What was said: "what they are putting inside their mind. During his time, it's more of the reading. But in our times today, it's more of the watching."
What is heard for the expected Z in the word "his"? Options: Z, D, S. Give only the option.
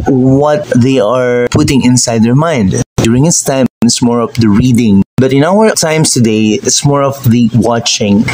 S